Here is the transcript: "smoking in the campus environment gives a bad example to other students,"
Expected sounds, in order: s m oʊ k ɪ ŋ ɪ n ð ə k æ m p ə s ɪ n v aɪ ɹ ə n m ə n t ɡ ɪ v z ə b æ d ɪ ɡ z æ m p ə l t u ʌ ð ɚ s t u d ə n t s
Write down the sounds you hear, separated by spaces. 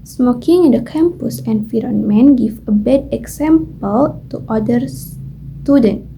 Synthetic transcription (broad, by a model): s m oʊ k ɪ ŋ ɪ n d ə k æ m p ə s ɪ n f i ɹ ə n m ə n ɡ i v ə b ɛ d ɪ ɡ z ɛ m p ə l t u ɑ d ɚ s t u d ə n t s